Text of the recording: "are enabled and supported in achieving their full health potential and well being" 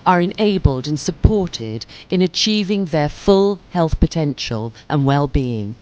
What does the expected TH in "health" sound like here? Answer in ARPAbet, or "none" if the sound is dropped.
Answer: TH